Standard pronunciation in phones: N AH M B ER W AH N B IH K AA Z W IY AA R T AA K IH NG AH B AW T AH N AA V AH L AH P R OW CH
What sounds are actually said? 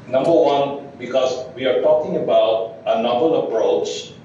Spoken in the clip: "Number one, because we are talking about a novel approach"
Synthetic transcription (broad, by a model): N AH M B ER W AH N B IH K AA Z W IY AA R T AA K IH NG AH B AW T AH N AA B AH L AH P R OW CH